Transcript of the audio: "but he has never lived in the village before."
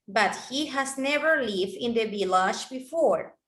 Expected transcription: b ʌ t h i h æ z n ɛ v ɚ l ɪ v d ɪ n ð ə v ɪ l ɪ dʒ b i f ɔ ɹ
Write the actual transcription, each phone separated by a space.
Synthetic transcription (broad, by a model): b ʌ t h i h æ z n ɛ v ɚ l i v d ɪ n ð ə b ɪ l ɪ ʃ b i f ɔ ɹ